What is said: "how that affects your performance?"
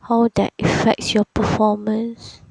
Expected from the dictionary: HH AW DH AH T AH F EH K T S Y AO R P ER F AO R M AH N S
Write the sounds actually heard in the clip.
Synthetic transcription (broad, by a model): HH AW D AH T AH F EH K T S Y AO P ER F AO M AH N S